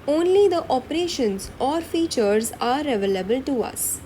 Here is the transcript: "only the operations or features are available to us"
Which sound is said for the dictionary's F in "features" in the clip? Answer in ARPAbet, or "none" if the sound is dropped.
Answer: F